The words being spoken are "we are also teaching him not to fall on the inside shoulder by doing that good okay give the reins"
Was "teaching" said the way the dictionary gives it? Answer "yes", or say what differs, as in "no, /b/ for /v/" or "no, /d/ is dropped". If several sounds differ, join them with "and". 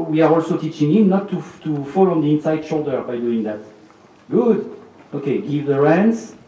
yes